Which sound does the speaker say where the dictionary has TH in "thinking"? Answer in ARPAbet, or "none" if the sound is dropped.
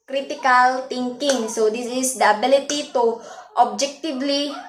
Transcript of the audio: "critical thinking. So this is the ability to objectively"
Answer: T